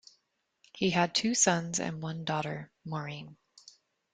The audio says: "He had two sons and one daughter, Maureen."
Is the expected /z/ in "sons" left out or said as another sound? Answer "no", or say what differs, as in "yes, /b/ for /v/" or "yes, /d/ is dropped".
no